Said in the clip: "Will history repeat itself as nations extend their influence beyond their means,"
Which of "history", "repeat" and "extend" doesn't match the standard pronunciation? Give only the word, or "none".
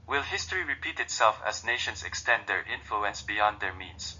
none